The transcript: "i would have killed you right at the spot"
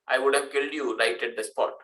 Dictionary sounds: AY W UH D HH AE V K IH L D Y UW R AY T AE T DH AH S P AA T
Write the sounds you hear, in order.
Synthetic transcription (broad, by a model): AY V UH D HH AE V K IH L D Y UW R AY T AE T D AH S P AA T